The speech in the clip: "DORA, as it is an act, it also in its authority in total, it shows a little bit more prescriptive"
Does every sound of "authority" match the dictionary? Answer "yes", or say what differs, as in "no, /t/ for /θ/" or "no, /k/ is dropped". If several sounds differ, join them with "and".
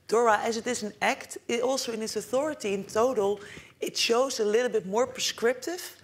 yes